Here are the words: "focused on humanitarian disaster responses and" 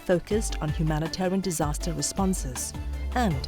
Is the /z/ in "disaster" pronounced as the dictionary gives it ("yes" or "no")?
yes